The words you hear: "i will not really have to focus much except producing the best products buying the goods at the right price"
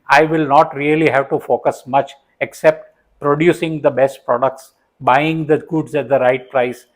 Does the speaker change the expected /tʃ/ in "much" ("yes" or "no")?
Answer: no